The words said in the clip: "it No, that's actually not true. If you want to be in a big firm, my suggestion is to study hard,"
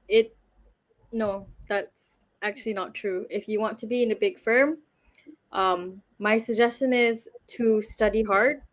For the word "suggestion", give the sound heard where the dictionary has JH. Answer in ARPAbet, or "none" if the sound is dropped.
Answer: JH